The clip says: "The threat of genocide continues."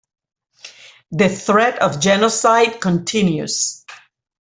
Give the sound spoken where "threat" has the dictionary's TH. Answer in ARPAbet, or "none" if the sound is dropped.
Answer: TH